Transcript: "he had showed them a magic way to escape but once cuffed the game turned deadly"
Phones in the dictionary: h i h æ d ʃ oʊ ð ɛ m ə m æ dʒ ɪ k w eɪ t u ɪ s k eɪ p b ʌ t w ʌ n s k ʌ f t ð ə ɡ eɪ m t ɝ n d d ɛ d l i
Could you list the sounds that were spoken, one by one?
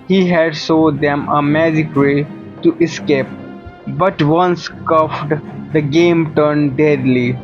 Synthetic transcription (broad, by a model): h i h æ d s oʊ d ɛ m ə m æ dʒ ɪ k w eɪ t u ɪ s k eɪ p b ʌ t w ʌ n s k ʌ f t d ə ɡ eɪ m t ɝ n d d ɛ d l i